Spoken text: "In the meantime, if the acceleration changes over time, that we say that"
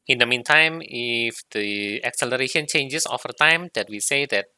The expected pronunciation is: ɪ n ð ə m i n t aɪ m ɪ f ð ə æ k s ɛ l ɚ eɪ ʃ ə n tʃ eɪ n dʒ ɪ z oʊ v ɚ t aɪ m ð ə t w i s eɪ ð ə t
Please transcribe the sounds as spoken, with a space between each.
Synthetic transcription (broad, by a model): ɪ n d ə m i n t aɪ m ɪ f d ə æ k s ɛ l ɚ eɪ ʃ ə n tʃ eɪ n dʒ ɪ s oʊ f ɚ t aɪ m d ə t w i s eɪ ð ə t